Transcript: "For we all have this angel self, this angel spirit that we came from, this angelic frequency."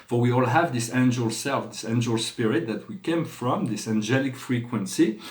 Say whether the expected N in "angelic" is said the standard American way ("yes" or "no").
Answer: yes